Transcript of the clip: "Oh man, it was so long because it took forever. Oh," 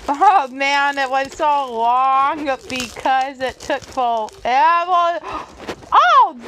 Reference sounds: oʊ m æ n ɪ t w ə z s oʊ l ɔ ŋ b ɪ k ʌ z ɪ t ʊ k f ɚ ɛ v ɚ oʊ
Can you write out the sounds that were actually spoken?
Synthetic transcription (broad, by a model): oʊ m æ n ɪ t w ə z s oʊ l ɔ ŋ b ɪ k ʌ z ɪ t ʊ k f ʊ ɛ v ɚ oʊ